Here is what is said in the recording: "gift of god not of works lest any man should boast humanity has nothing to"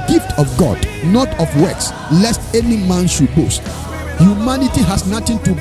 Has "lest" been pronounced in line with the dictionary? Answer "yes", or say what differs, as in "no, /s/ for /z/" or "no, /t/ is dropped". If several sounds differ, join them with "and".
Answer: yes